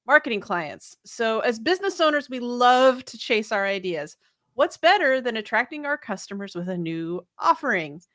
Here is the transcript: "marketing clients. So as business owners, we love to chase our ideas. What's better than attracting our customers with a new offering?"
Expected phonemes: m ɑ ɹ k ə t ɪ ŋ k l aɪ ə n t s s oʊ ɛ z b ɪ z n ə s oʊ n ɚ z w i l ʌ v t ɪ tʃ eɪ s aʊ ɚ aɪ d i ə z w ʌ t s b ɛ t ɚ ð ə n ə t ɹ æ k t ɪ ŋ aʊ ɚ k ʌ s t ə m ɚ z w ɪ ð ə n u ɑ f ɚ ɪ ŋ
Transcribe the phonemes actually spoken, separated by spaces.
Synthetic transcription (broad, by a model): m ɑ ɹ k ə t ɪ ŋ k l aɪ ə n t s s oʊ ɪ z b ɪ z n ə s oʊ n ɚ z w i l ʌ v t ɪ tʃ eɪ s aʊ ɚ aɪ d i ə z w ʌ t s b ɛ t ɚ ð ə n ə t ɹ æ k t ɪ ŋ aʊ ɚ k ʌ s t ə m ɚ z w ɪ ð ə n u ɑ f ɚ ɪ ŋ